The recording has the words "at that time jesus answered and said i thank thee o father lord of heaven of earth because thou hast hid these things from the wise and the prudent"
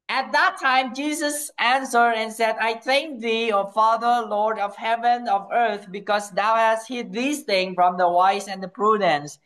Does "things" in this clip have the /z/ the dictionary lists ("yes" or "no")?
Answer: no